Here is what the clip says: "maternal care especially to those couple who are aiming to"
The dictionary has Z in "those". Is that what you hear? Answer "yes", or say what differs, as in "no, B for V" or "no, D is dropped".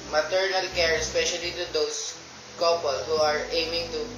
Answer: no, S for Z